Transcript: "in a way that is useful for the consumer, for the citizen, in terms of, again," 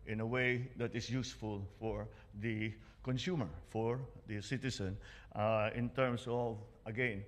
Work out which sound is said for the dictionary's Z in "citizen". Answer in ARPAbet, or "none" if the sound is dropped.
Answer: S